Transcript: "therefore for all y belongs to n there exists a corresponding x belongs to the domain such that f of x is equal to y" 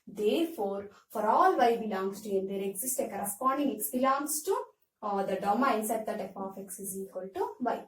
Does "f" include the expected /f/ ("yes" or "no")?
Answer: no